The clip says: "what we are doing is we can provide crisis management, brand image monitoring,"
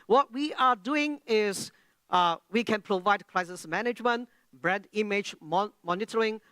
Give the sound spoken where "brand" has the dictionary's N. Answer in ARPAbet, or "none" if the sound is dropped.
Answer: none